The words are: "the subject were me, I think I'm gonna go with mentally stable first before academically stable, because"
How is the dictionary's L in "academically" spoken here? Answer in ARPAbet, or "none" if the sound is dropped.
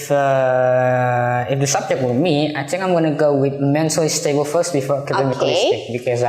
none